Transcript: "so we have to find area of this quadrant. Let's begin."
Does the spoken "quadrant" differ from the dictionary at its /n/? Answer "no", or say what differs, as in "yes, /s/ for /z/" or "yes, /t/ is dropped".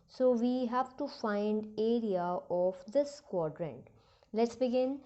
no